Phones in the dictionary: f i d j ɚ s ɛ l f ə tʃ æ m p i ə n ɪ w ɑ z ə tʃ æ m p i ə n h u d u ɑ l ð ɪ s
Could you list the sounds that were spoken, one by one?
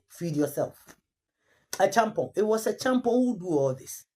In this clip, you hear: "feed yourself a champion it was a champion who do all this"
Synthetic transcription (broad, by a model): f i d j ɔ s ɛ l f ə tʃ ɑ m p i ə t w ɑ s ə tʃ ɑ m p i h u d u ɑ l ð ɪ s